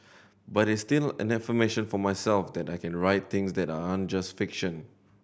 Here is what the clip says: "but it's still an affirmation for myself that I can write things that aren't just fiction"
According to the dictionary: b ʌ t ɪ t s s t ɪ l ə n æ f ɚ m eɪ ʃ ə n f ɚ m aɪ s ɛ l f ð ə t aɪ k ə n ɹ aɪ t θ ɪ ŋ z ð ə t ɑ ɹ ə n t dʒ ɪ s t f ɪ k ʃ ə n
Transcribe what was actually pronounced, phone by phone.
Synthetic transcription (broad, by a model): b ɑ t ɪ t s s t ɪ l ə n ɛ f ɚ m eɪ ʃ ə n f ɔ m aɪ s ɛ l f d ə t aɪ k ə n ɹ aɪ t t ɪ ŋ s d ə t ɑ ə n dʒ ɪ s t f ɪ k ʃ ə n